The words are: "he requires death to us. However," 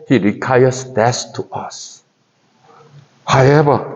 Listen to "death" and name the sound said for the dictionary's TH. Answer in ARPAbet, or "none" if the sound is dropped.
S